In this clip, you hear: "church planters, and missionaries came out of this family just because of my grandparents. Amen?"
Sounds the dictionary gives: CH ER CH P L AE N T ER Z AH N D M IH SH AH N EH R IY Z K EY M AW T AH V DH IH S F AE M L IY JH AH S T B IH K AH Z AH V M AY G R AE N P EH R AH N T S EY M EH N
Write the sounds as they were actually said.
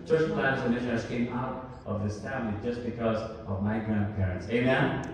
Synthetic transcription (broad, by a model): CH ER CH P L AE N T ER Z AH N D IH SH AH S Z K EY M AW T AH V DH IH S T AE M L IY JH AH S B IH K AH Z AH V M AY G R AE N P EH R AH N T S EY M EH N